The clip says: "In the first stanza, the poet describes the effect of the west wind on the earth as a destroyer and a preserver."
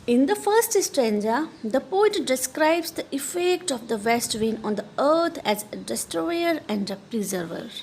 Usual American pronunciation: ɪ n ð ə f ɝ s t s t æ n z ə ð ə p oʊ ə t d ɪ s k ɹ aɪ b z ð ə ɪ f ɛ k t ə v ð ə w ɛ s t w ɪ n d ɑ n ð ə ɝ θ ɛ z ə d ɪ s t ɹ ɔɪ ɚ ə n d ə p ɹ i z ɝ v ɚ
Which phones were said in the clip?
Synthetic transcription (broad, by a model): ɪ n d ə f ɝ s t s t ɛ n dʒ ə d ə p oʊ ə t d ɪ s k ɹ aɪ b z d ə ɪ f ɛ k t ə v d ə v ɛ s t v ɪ n ɑ n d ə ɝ t ɛ z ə d ɪ s t ɹ ɔɪ ɚ ə n d ə p ɹ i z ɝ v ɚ